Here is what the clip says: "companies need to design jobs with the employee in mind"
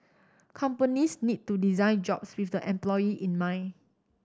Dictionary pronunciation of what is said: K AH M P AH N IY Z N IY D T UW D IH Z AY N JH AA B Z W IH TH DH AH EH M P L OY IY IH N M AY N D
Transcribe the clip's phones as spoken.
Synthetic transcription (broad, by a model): K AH M P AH N IY S N IY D T UW D IH Z AY N JH AA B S W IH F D AH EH M P L OY IY IH N M AY N